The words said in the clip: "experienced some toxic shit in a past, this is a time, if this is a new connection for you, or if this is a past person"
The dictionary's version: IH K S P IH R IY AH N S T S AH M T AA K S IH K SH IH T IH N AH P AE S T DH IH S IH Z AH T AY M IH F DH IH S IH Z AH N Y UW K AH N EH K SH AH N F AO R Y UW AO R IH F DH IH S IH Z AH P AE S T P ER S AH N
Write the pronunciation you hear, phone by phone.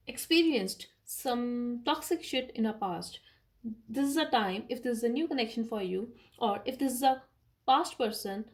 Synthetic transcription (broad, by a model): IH K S P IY R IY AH N S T S AH M T AA K S IH K SH IH T IH N AH P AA S T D IH S IH Z AH T AY M IH F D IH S IH Z AH N Y UW K AH N EH K SH AH N F AO R Y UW AO R IH F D IH S IH Z AH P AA S T P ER S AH N